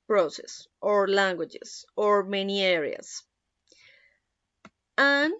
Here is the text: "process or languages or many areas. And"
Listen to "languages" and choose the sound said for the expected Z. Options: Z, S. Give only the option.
S